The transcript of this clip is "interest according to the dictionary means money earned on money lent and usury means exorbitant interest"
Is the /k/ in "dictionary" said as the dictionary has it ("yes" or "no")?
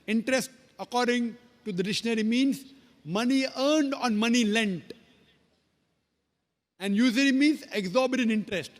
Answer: no